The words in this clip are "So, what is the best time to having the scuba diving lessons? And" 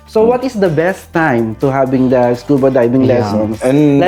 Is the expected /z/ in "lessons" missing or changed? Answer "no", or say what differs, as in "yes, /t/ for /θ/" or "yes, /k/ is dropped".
yes, /z/ is dropped